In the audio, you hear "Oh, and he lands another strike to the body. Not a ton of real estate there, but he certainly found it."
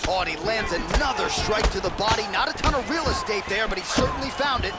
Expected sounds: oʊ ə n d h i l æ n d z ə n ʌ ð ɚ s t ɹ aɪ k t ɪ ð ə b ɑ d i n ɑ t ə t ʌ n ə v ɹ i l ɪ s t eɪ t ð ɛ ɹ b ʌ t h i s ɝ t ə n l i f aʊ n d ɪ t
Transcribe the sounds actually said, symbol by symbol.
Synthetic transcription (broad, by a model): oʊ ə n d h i l æ n d z ə n ʌ ð ɚ s t ɹ aɪ k t ɪ ð ə b ɑ d i n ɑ t ə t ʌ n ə ɹ i l ɪ s t eɪ t ð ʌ ɹ b ʌ t h i s ɝ t n l i f aʊ n d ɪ t